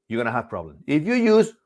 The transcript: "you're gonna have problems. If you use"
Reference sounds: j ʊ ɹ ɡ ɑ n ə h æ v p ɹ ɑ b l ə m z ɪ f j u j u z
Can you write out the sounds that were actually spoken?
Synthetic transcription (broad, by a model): j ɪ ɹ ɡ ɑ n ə h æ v p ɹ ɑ b l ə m ɪ f j u j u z